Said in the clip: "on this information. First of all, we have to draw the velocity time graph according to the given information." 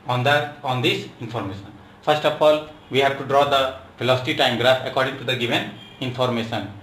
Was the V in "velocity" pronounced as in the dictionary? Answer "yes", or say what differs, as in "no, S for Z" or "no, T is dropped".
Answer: no, F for V